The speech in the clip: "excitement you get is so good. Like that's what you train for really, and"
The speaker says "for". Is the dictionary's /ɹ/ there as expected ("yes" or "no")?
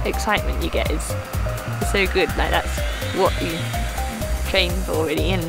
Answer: no